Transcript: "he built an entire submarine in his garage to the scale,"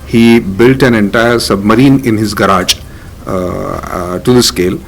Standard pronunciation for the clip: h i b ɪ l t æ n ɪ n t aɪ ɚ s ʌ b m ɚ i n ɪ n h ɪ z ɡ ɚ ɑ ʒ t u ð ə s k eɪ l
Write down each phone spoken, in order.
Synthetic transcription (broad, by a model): h i b ɪ l t æ n ɪ n t aɪ ɚ s ʌ b m ɚ i n ɪ n h ɪ z ɡ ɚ ɑ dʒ t u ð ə s k eɪ l